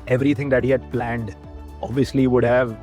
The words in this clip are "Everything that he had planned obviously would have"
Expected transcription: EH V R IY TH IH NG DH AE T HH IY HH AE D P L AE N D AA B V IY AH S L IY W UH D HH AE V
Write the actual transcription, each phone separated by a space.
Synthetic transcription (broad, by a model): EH V R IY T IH NG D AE T HH IY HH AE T P L AE N D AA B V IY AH S L IY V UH D HH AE V